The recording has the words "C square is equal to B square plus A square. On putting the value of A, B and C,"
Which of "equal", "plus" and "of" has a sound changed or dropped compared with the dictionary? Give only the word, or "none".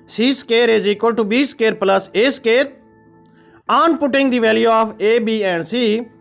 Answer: of